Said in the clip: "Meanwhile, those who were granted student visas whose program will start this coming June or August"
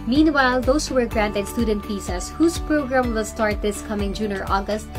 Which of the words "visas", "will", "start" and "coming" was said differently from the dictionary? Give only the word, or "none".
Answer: visas